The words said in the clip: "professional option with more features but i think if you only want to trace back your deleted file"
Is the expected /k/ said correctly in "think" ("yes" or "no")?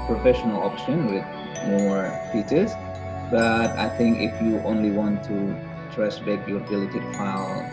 yes